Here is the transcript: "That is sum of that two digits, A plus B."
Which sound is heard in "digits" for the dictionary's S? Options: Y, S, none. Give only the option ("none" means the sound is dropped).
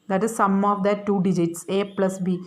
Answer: S